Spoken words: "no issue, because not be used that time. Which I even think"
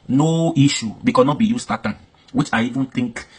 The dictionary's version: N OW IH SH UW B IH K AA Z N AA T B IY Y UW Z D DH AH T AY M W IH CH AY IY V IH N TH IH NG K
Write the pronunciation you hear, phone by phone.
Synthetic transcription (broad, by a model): N OW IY SH UW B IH K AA N AA T B IY Y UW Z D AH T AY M W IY CH AY IY V IH N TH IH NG K